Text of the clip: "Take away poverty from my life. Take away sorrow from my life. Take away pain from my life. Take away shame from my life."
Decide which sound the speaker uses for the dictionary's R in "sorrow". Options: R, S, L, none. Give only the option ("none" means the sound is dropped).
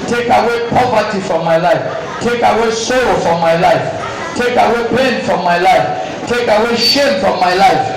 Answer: L